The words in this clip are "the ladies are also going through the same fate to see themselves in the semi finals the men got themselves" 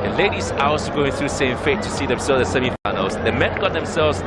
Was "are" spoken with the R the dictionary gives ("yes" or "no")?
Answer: no